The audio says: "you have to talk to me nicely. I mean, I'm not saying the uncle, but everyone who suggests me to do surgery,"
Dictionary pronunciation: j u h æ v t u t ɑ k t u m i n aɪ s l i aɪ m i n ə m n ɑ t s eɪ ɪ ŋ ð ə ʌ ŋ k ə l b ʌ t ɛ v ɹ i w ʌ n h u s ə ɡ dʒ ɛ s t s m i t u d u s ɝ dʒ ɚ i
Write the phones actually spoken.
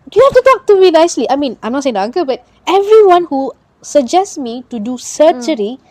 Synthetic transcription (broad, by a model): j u h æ f t u t ɑ k t u m i n aɪ s l i aɪ m i n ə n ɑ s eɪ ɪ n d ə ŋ k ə b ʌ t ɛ v ɹ i w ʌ n h u s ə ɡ dʒ ɛ s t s m i t u d u s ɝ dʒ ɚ i